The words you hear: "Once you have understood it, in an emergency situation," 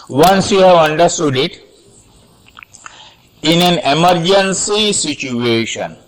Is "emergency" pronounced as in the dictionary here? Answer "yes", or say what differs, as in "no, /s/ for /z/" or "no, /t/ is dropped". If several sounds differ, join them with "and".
yes